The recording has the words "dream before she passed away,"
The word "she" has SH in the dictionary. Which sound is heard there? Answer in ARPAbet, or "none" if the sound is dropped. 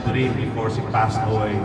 S